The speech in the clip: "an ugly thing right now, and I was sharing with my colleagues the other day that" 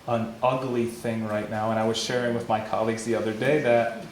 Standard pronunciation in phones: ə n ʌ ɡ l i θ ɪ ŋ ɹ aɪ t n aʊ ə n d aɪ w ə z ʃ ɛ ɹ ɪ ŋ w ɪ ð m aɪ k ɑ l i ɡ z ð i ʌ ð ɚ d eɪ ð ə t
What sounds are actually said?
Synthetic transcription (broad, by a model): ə n ʌ ɡ l i θ ɪ ŋ ɹ aɪ t n aʊ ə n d aɪ w ə z ʃ ɛ ɹ ɪ ŋ w ɪ ð m aɪ k ɑ l i ɡ z ð i ʌ ð ɚ d eɪ ð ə t